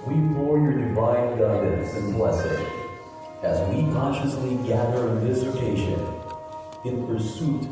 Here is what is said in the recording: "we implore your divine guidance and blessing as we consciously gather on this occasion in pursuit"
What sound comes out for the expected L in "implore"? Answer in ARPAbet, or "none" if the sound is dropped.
none